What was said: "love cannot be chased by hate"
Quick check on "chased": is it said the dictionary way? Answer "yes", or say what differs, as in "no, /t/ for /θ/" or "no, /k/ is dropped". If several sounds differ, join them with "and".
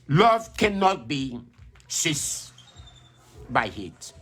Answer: no, /s/ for /tʃ/